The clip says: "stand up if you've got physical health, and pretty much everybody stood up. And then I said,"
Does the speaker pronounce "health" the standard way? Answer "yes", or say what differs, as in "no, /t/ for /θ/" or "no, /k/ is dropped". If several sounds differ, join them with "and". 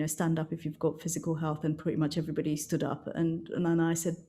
yes